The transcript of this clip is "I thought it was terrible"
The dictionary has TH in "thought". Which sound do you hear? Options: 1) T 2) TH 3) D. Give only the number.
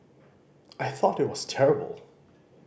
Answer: 2